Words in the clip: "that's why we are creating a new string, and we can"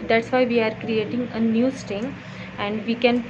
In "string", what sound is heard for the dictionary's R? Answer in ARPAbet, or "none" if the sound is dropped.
none